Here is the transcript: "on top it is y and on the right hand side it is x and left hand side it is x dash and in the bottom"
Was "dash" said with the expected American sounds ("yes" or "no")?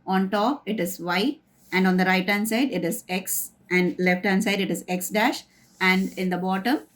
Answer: yes